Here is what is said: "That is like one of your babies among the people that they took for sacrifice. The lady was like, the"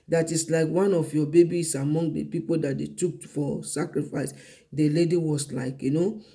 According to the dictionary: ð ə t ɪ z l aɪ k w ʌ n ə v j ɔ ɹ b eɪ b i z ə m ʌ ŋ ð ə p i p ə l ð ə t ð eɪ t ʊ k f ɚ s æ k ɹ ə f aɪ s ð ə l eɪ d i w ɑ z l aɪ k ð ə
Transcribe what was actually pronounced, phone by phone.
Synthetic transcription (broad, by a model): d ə t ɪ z l aɪ k w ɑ n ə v j ɔ b eɪ b i s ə m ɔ ŋ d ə p i p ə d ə t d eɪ t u k f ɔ s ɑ k ɹ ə f aɪ s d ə l eɪ d i w ɑ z l aɪ k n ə